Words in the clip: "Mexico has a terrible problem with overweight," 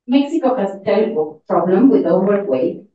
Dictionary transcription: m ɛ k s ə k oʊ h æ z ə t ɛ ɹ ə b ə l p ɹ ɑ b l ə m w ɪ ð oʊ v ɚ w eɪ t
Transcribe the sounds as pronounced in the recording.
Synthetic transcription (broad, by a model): m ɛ k s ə k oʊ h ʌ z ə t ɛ l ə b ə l p ɹ ɑ b l ə m w ɪ ð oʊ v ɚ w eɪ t